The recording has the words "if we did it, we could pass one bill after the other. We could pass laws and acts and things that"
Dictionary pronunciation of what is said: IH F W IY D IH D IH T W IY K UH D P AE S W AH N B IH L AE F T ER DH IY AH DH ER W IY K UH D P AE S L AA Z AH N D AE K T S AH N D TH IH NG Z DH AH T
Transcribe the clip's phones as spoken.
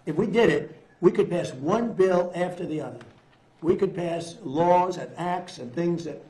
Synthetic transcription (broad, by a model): IH F W IY D IH D IH T W IY K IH D P AE S W AH N B IH L AE F T ER DH IY AH DH ER W IY K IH D P AE S L AA Z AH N AE K T S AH N TH IH NG Z DH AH T